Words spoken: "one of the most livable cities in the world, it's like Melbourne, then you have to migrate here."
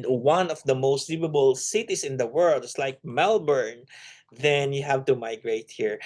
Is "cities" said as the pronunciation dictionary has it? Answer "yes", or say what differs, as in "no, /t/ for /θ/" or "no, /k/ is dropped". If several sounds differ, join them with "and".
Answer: no, /s/ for /z/